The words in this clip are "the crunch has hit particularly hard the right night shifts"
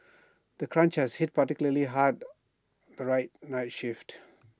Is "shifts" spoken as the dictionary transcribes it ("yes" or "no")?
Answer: no